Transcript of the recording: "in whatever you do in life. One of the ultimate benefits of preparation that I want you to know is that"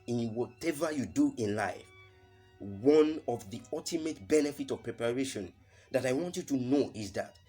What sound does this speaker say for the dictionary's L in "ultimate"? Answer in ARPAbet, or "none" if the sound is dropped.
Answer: L